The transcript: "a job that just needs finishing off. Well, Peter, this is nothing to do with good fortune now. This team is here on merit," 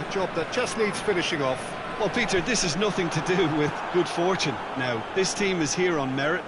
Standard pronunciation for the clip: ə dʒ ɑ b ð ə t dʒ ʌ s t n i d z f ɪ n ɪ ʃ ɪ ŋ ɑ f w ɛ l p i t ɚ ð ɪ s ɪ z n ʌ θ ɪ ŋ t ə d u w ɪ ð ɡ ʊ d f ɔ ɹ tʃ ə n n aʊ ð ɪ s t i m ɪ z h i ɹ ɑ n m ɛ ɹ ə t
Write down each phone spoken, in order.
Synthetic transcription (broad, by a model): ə dʒ ɑ b ð ə t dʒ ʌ s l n i d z f ɪ n ɪ ʃ ɪ ŋ ɑ f w ɛ l p i t ɚ ð ɪ s ɪ z n ʌ θ ɪ ŋ t ə d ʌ w ɪ ð ɡ ʊ d f ɔ ɹ tʃ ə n n aʊ ð ɪ s t i m ɪ z h i ɹ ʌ n m ɛ ɹ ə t